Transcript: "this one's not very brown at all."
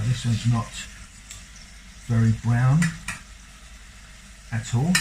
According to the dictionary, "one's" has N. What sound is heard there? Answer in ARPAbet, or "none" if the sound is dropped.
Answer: none